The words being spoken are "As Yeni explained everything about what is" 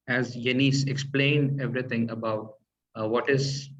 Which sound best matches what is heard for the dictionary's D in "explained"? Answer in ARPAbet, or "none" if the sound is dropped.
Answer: D